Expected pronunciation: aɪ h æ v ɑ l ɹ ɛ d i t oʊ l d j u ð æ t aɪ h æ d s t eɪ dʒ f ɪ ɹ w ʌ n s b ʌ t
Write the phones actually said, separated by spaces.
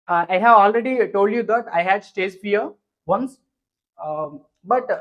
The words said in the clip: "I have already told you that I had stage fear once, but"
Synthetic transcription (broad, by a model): aɪ h æ v ɑ l ɹ ɛ d i t oʊ l d j u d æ t aɪ h æ d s t eɪ z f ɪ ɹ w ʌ n s b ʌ t